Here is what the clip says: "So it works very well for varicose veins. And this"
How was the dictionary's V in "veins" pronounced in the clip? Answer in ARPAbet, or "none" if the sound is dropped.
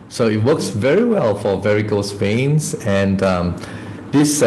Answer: P